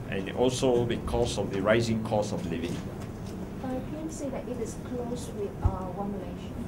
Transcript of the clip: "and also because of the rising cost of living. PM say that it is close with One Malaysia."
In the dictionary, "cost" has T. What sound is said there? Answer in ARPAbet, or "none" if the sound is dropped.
none